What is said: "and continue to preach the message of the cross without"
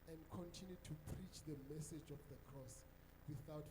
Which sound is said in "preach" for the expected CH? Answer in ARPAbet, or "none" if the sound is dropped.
CH